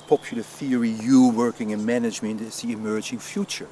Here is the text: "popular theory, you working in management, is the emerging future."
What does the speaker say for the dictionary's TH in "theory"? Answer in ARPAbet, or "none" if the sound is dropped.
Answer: TH